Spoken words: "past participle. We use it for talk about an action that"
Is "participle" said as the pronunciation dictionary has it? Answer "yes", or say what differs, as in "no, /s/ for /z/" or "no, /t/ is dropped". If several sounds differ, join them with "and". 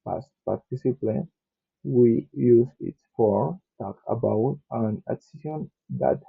no, /n/ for /l/